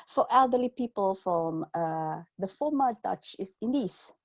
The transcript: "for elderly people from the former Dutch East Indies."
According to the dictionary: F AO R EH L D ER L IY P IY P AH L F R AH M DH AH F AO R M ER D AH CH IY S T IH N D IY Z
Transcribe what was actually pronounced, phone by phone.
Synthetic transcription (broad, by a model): F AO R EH L D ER L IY P IY P AH L F R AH M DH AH F AO M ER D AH CH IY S IH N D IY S